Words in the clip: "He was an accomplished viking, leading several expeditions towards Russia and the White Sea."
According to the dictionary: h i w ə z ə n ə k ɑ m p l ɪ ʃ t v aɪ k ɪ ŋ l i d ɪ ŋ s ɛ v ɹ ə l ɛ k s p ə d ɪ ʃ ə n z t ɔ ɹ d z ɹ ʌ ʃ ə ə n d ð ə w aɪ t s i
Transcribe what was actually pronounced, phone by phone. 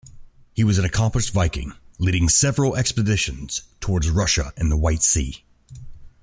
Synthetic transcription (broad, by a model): h i w ə z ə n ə k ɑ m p ɪ s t v aɪ k ɪ ŋ l i d ɪ ŋ s ɛ v ɹ ə l ɛ k s p ə d ɪ ʃ ə n z t ɔ ɹ d z ɹ ʌ ʃ ə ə n ð ə w aɪ t s i